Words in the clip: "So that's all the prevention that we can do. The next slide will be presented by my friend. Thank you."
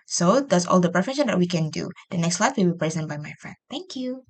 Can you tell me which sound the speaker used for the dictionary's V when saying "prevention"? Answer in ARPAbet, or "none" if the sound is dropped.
F